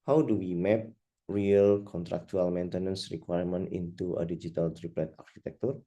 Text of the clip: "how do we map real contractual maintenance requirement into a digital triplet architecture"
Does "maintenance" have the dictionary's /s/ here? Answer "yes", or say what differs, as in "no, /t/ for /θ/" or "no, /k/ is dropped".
yes